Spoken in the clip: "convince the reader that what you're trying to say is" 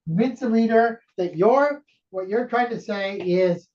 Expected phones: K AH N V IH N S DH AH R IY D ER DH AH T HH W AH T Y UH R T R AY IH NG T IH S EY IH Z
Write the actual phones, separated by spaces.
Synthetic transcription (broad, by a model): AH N V IH N S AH L IY D ER DH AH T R W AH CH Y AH R T R AY IH NG T IH S EY IH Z